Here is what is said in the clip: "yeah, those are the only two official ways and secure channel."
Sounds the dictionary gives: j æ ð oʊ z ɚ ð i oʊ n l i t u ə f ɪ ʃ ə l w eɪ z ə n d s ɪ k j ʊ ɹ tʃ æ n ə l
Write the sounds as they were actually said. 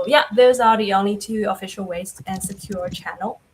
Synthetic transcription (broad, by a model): j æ ð oʊ z ɚ ð i oʊ n l i t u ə f ɪ ʃ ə l w eɪ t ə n s ɪ k j ʊ ɹ tʃ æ n l